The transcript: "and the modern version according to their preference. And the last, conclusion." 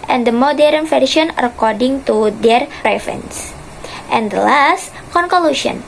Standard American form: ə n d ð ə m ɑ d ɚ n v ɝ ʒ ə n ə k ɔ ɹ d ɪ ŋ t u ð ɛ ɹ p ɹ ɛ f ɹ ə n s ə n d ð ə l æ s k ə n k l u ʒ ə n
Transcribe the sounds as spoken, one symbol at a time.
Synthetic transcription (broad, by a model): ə n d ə m ɑ d ɚ n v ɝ ʃ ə n ə k ɔ ɹ d ɪ ŋ t u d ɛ ɹ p ɹ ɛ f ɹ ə n s ə n d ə l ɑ s k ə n k l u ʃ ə n